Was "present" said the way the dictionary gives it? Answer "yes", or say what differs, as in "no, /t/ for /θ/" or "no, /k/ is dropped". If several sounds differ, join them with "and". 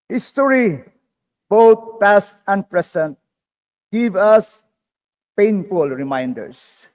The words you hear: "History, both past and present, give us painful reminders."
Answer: no, /s/ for /z/